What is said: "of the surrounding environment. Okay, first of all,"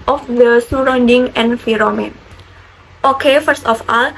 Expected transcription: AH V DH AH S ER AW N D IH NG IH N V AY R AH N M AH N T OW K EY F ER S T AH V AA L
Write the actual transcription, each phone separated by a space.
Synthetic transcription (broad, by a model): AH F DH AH S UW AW N D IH NG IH N F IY R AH M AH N T OW K EY F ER S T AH F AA L